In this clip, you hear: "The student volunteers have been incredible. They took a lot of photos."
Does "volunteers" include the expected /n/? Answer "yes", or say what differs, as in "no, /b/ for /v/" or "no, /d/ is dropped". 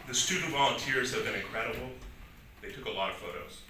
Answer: yes